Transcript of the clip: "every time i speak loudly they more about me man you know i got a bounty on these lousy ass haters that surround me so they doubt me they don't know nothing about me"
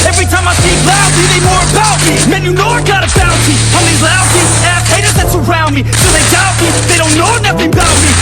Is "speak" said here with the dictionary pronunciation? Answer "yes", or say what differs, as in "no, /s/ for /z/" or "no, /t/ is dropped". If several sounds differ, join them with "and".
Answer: no, /p/ is dropped